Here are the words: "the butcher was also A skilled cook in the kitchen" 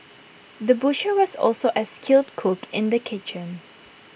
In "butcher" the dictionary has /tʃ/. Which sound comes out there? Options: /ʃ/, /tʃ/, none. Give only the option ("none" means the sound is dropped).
/ʃ/